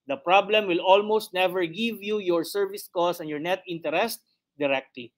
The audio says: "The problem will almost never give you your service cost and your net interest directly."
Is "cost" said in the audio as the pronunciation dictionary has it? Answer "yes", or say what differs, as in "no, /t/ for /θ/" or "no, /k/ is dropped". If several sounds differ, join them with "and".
no, /t/ is dropped